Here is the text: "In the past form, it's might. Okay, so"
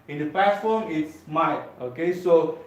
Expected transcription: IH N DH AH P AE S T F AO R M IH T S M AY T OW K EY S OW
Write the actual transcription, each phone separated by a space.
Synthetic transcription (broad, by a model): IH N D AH P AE T F AO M IH T S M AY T OW K EY S OW